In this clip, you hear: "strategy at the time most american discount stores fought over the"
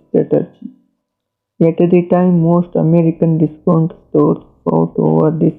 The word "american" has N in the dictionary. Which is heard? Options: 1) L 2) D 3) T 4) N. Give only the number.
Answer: 4